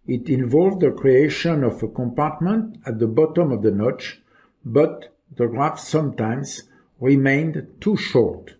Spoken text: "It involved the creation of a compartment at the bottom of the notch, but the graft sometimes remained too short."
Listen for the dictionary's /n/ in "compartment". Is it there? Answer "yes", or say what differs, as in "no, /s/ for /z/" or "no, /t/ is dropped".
yes